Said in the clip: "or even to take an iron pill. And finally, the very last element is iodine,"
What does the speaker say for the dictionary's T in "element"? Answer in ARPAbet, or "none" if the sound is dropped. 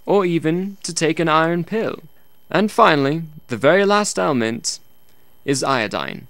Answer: T